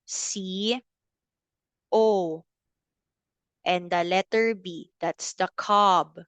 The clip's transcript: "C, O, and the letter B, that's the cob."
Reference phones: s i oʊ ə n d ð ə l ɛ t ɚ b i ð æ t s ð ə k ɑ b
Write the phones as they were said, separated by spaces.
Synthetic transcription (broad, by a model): s i oʊ ə n d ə l ɛ t ɚ b i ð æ t s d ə k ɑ b